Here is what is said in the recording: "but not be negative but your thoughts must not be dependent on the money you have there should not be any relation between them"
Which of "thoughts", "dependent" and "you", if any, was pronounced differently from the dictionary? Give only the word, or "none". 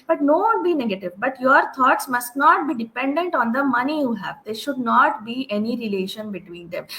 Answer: thoughts